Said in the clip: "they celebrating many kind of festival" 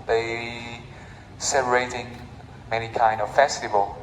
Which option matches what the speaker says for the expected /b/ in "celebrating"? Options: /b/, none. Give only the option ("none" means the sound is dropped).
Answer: none